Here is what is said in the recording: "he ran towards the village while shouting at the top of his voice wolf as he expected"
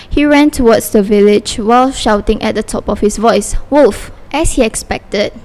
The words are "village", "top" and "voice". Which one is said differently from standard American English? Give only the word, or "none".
none